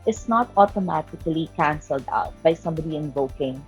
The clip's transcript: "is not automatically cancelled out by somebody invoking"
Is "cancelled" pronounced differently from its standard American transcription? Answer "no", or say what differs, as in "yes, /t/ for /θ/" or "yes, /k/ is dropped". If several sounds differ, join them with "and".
no